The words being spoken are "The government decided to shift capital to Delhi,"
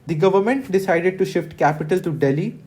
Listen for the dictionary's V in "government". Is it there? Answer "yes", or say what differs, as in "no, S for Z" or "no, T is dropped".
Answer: yes